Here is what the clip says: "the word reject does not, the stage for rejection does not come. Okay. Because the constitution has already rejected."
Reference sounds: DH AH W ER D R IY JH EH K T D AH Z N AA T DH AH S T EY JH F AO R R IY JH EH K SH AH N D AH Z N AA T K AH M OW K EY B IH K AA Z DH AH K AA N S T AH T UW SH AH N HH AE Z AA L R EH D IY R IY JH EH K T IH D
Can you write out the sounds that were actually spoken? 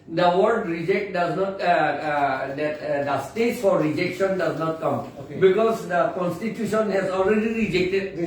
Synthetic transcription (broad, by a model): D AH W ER D R IY JH EH K T D AH Z N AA T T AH S T EY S F AO R R IY JH EH K SH AH N D AH Z N AA T K AH M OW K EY B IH K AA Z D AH K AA N S T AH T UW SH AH N HH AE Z AA L R EH D IY R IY JH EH K T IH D